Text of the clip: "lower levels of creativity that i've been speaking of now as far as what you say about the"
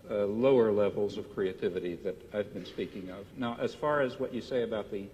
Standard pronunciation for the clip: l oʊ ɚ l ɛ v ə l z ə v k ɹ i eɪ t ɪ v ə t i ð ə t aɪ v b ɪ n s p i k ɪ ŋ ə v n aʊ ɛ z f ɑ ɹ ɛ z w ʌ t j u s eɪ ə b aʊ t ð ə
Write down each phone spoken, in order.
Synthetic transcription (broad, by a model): l oʊ ɚ l ɛ v l z ə v k ɹ i eɪ t ɪ v ə t i ð ə t aɪ v b ɪ n s p i k ɪ ŋ ə v n aʊ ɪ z f ɑ ɹ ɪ z w ʌ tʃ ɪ s eɪ ə b aʊ t ð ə